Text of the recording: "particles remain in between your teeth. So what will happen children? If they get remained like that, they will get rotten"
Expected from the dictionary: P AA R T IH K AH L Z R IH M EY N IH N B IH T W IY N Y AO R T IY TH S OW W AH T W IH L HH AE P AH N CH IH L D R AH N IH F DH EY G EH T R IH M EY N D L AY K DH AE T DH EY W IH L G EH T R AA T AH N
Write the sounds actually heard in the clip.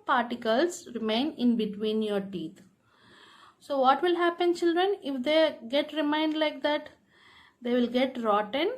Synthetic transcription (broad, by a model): P AA R T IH K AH L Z R IH M EY N IH N B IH T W IY N Y AO R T IY T S OW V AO T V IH L HH AE P AH N CH IH L D R AH N IH F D EY G EH T R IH M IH N D L AY K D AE T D EY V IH L G EH T R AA T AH N